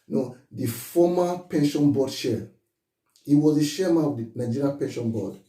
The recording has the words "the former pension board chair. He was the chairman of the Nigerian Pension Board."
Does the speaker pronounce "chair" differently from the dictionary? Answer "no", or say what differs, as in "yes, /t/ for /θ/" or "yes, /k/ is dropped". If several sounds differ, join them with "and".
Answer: yes, /ʃ/ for /tʃ/